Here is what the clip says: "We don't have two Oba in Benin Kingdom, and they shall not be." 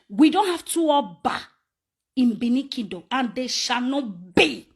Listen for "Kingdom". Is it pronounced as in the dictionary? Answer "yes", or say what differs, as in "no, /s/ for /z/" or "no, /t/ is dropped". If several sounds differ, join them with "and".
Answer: no, /ŋ/ is dropped and /m/ is dropped